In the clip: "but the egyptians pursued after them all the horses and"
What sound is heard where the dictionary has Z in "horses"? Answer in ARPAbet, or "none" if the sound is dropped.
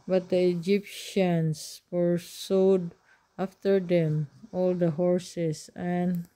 S